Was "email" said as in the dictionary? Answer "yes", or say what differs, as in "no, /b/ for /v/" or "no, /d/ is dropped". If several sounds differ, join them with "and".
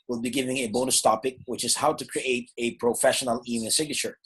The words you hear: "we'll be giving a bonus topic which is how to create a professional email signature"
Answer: no, /n/ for /l/